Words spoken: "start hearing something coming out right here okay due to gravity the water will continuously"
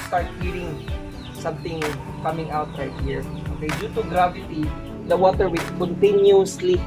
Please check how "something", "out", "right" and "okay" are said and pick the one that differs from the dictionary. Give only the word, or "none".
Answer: something